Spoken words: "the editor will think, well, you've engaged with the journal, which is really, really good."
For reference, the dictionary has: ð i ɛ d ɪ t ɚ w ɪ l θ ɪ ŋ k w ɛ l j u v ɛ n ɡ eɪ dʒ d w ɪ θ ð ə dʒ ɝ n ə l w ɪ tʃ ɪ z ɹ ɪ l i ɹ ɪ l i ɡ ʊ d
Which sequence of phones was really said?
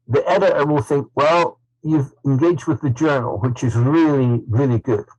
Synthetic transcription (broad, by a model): ð i ɛ d ɪ t ɚ w ɪ l θ ɪ ŋ k w ɛ l j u v ɛ n ɡ eɪ dʒ d w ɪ ð ə dʒ ɝ n ə l w ɪ tʃ ɪ z ɹ ɪ l i ɹ ɪ l i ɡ ʊ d